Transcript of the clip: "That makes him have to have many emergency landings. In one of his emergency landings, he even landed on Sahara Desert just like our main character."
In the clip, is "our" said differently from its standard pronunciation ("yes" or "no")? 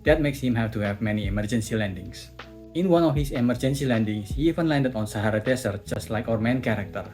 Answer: no